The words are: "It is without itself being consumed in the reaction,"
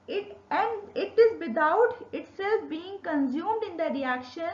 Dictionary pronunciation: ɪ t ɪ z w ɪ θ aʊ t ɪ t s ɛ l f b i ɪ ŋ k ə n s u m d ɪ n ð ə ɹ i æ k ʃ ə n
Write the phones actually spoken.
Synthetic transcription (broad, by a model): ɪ t ɪ z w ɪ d aʊ t ɪ t s ɛ l f b i ɪ ŋ k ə n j u m d ɪ n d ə ɹ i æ k ʃ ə n